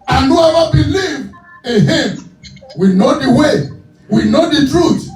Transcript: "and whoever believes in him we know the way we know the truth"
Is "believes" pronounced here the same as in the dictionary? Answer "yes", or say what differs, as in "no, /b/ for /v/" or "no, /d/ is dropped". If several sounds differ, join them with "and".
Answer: no, /z/ is dropped